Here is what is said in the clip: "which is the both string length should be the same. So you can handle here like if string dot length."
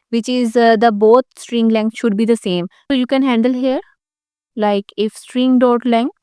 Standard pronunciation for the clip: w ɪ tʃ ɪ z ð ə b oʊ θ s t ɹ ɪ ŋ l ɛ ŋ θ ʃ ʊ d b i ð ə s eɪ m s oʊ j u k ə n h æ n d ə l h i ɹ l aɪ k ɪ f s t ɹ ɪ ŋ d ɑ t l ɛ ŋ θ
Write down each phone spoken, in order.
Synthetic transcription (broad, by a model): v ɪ tʃ ɪ z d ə b oʊ t s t ɹ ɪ ŋ l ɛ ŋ ʃ ʊ d b i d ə s eɪ m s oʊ j u k ə n h æ n d ə l h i ɹ l aɪ k ɪ f s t ɹ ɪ ŋ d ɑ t l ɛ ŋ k